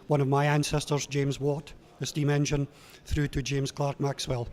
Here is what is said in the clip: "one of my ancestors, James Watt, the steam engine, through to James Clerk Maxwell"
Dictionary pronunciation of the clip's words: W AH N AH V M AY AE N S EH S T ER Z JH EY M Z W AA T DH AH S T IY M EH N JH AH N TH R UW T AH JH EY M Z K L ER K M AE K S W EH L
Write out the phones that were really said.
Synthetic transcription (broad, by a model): W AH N AH V M AY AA N S EH S T ER Z JH EY M Z W AA T DH AH S T IY M EH N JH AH N TH R UW T AH JH EY M Z K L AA K M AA K S W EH L